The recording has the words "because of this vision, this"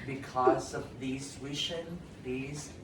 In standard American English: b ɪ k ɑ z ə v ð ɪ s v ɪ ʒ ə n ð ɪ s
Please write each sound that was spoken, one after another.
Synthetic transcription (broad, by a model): b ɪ k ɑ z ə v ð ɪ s w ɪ ʃ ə n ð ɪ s